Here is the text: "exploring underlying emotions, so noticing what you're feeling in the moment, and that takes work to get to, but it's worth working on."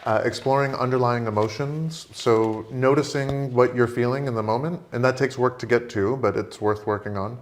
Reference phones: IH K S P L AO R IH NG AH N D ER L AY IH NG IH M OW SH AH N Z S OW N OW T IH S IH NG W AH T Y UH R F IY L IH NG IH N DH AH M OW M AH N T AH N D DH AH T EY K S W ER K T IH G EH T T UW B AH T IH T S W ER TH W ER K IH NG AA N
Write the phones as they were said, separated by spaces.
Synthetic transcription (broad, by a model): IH K S P L AO R IH NG AH N D ER L AY IH NG IH M OW SH AH N Z S OW N OW T IH S IH NG W AH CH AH R F IY L IH NG IH N DH AH M OW M AH N T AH N DH AH T EY K S W ER K T IH G EH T T UW B AH T IH T S W ER TH W ER K IH NG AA N